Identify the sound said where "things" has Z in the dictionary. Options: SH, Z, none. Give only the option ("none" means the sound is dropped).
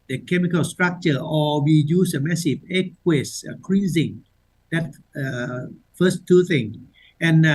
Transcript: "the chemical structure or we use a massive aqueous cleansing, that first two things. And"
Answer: none